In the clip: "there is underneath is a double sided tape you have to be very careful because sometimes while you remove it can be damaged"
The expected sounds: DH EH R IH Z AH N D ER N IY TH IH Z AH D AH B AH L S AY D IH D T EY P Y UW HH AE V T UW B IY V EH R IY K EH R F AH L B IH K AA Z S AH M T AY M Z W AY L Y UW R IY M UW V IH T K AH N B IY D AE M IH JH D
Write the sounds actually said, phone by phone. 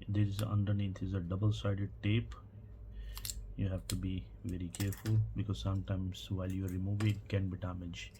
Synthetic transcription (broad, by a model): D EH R IH Z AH N D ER N IY T IH Z AH D AH B AH L S AY D IH D T EY P Y UW HH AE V T UW B IY V EH R IY K EH R F AH L B IH K AA Z S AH M T AY M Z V AY L Y UW R IY M UW V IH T K AH N B IY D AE M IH JH